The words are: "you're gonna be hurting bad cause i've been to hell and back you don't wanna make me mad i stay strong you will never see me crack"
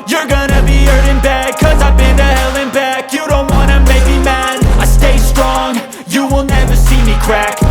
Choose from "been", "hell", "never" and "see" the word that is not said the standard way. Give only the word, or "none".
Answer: none